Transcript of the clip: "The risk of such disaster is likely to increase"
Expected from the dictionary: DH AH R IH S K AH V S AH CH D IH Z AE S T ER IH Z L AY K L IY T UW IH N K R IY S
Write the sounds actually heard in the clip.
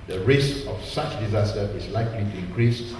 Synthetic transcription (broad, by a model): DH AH R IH S AH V S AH CH D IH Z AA S T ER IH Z L AY K L IY T UW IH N K R IY S